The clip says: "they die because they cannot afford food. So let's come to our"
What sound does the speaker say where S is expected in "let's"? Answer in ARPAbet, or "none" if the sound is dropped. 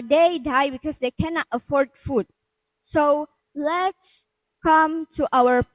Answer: S